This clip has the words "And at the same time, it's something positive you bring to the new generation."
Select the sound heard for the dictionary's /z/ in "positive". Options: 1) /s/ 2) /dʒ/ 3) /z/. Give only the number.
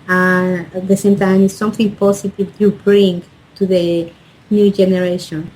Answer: 1